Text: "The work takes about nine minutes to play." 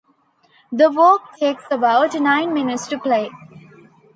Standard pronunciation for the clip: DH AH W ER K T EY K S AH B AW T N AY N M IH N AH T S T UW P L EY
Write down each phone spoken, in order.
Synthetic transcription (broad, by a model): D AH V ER K T EY K S AH B AW T N AY N M IH N AH T S T UW P L EY